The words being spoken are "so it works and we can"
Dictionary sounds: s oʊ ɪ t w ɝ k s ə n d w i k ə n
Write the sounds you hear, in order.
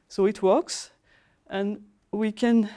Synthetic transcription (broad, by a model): s oʊ ɪ t w ɝ k s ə n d w i k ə n